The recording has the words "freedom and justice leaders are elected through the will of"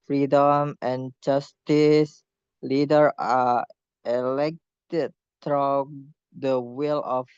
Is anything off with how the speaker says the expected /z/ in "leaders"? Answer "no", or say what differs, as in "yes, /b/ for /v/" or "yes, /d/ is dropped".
yes, /z/ is dropped